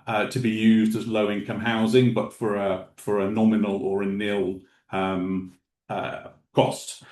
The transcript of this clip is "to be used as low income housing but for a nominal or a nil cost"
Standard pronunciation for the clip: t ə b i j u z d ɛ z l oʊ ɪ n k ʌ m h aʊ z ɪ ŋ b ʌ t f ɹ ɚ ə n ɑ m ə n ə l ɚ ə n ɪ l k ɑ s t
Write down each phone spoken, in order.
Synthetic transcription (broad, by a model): t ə b i j u z d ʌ z l oʊ ɪ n k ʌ m h aʊ z ɪ ŋ b ʌ t f ɹ ɚ ə n ɑ m ə n ə l ɚ ə n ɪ l k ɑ s t